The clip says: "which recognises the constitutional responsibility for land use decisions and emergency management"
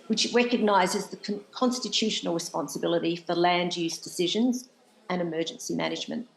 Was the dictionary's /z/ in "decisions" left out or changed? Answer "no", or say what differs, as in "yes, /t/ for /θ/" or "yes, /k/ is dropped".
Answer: no